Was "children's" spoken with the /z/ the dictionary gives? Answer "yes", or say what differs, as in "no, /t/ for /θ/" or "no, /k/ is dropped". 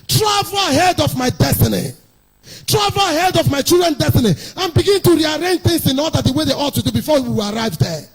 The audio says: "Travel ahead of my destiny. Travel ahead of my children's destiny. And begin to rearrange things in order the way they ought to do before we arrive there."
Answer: no, /z/ is dropped